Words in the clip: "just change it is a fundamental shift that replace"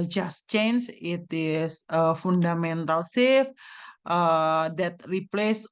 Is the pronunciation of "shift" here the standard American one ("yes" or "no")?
no